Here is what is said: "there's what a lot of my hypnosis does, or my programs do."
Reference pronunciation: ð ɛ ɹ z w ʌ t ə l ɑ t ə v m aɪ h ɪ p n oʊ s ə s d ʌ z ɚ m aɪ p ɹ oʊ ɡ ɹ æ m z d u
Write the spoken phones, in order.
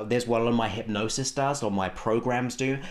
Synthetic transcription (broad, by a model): ð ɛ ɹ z w ə l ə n m aɪ h ɪ p n oʊ s ə s d ʌ z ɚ m aɪ p ɹ oʊ ɡ ɹ æ m z d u